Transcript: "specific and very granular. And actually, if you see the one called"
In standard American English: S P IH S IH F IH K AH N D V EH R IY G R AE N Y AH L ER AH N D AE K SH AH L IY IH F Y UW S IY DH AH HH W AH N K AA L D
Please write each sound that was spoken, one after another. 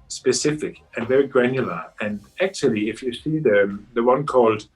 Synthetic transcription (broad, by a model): S P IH S IH F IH K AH N V EH R IY G R AE N Y AH L ER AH N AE K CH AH L IY IH F Y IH S IY DH AH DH W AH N K AA L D